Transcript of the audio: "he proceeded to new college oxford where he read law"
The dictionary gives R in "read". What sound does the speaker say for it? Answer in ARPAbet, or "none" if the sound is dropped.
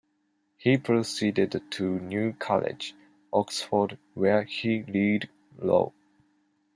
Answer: L